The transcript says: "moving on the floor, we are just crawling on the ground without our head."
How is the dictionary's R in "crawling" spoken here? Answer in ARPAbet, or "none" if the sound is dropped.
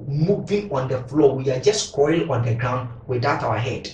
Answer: W